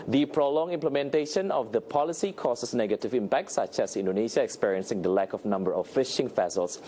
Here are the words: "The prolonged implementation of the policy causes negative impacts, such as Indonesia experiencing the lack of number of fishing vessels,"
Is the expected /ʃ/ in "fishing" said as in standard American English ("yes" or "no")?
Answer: yes